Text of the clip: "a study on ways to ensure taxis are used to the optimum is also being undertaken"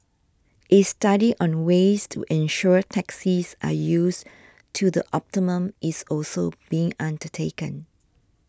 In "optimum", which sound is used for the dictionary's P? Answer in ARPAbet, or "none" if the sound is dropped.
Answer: P